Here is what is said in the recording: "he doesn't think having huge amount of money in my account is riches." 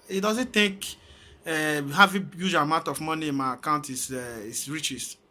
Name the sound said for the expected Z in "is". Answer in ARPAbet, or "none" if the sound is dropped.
S